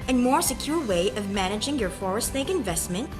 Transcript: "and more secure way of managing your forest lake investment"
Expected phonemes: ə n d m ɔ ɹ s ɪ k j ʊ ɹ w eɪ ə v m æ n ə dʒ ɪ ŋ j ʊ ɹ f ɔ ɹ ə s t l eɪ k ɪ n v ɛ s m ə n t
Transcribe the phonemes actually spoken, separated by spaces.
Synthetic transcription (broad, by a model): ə n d m ɔ ɹ s ɪ k j ʊ ɹ w eɪ ə v m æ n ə dʒ ɪ ŋ j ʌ ɹ f ɔ ɹ ə s t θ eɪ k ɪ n v ɛ s m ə n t